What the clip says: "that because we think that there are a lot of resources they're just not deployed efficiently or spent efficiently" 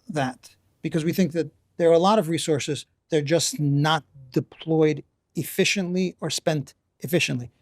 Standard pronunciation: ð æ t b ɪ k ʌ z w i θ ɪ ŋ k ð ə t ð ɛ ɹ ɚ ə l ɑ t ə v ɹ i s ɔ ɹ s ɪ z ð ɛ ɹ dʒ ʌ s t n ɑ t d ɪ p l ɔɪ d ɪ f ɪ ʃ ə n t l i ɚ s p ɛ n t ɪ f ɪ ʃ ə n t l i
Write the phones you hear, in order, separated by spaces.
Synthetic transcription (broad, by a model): ð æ t b ɪ k ʌ z w i θ ɪ ŋ k ð ə t ð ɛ ɹ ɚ ə l ɑ t ə v ɹ i s ɔ ɹ s ɪ z ð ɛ ɹ dʒ ʌ s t n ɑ t d ɪ p l ɔɪ d ɪ f ɪ ʃ ə n t l i ɚ s p ɛ n t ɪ f ɪ ʃ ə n t l i